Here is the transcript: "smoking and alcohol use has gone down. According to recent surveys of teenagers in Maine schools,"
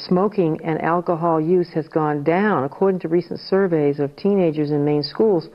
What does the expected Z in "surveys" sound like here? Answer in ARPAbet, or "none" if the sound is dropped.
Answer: Z